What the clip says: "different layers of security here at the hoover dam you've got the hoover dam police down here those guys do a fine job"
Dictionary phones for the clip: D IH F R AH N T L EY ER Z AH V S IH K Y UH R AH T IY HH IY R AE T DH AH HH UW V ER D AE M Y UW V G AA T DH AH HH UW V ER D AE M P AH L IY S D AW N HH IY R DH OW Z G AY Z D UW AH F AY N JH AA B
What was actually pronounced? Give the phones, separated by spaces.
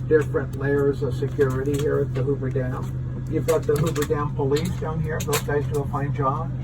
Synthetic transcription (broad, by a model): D IH F R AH N T L EY ER Z AH V S IH K Y UH R AH T IY HH IY R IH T DH AH HH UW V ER D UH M Y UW V G AA T DH AH HH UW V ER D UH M P AH L IY S D AW N HH IY R DH OW Z G AY Z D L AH F AY N JH AA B